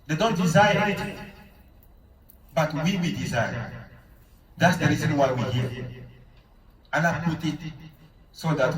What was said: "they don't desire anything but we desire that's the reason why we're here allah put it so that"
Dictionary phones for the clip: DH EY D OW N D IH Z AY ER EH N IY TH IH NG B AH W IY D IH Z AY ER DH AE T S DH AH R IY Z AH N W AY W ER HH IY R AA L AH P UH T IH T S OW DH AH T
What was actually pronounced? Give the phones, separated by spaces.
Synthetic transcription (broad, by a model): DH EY D OW N D IH Z AY ER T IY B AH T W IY W IY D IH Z AY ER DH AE T S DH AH R IY Z AH N W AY W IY HH IY R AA N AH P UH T IH T S OW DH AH T